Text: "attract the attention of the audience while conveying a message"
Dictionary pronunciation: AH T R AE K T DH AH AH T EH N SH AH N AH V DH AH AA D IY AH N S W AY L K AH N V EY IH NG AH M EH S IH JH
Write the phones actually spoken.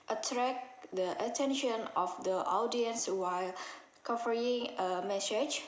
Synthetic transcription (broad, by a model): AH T R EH K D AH AH T EH N SH AH N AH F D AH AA D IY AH N S W AY L K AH V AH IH NG AH M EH S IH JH